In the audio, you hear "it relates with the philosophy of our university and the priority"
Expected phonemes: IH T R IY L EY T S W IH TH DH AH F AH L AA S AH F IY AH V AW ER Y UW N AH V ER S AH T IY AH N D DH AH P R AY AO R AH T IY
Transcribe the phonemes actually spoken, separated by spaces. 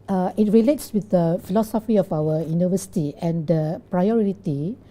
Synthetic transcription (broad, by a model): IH T R IY L EY T S W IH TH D AH F AH L AA S AH F IY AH F AW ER Y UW N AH V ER S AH T IY AH N D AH P R AY AO R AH T IY